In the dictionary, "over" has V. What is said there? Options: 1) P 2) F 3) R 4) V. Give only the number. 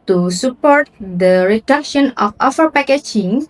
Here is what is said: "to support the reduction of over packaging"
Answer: 2